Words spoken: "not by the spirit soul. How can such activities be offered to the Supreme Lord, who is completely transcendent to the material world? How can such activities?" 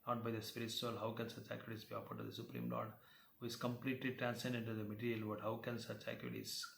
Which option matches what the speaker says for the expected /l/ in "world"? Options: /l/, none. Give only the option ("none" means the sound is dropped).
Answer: none